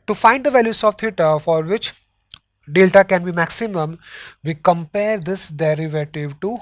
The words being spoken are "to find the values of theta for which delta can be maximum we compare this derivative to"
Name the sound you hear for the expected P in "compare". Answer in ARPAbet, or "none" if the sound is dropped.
P